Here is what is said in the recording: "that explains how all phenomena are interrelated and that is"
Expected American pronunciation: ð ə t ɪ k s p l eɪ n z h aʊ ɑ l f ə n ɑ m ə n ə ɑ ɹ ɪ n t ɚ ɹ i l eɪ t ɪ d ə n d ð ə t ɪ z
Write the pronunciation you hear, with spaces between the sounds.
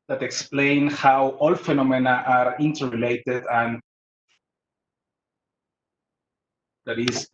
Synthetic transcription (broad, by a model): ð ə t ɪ k s p l eɪ n h aʊ ɑ l f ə n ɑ m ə n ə ɑ ɹ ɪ n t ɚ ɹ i l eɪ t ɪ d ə n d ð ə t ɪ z